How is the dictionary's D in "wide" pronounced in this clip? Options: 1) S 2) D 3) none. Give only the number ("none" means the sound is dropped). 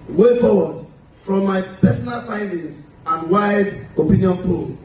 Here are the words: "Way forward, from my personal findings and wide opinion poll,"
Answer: 2